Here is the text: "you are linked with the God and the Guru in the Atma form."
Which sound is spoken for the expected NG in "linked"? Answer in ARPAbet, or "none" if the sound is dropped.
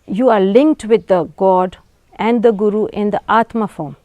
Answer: NG